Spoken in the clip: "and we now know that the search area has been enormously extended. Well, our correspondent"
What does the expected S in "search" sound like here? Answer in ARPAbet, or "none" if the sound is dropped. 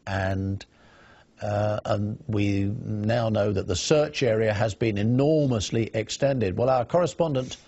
S